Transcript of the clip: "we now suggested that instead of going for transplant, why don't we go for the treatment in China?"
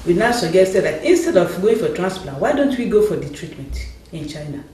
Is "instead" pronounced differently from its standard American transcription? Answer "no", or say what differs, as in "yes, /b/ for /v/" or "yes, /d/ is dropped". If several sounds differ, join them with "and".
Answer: no